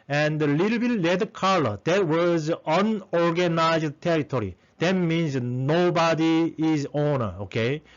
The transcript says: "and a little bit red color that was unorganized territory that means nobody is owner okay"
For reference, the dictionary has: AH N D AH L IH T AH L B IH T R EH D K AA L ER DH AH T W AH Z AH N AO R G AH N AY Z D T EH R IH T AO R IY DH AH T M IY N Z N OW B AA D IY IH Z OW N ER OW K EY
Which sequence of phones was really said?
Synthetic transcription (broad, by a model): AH N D AH L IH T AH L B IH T L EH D K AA L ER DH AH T W AH Z AH N AO R G AH N AY Z D T EH R IH T AO R IY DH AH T M IY N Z N OW B AA D IY IH Z OW N ER OW K EY